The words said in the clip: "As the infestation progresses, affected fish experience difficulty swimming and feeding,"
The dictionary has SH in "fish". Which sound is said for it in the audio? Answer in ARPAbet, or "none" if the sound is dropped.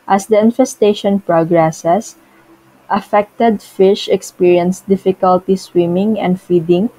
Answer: SH